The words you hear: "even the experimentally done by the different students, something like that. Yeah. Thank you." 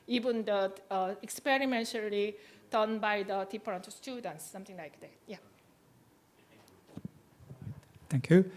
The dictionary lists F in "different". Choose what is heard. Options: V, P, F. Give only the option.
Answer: P